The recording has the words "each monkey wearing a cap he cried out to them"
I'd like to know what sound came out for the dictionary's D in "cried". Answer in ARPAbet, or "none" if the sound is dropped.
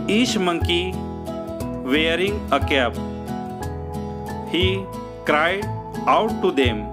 none